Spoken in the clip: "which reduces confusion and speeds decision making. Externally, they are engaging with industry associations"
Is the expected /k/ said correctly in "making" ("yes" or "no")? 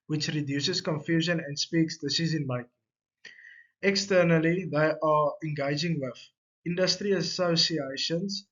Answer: no